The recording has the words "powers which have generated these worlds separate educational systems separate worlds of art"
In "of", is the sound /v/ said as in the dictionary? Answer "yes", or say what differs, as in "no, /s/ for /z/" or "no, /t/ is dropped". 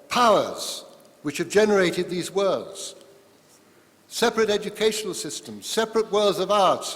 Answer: yes